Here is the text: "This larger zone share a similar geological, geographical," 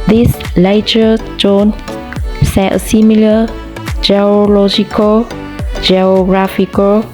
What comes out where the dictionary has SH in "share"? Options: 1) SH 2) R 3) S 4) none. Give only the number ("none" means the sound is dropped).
3